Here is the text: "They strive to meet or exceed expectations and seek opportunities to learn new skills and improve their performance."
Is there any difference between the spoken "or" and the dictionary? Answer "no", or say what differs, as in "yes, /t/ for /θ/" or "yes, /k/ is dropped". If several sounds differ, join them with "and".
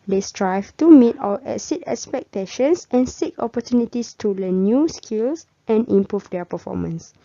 yes, /l/ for /ɹ/